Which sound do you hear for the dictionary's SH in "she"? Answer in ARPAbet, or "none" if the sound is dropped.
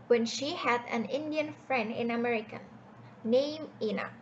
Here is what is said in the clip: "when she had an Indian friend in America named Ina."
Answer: SH